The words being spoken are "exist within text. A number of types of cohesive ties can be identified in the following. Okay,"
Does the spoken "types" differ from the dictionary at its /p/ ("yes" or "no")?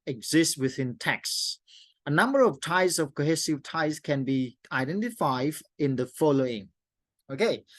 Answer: yes